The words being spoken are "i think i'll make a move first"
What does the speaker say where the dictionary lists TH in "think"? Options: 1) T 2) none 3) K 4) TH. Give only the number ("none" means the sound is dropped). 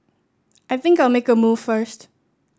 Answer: 4